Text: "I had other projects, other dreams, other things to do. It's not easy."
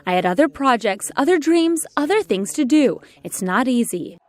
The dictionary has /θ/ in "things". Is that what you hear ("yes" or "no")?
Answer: yes